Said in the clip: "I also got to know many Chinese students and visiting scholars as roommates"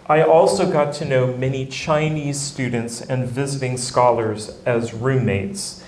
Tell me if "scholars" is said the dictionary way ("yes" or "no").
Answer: yes